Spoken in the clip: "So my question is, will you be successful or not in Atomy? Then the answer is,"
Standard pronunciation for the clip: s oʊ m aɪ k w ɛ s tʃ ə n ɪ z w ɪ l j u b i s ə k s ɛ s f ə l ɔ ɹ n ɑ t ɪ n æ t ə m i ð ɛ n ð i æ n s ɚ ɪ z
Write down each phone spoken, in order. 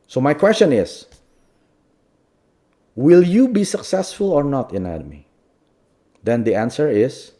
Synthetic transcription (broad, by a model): s oʊ m aɪ k w ɛ s tʃ ə n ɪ s w ɪ l j u b i s ə k s ɛ s f ə l ɔ ɹ n ɑ t ɪ n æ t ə m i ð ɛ n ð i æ n s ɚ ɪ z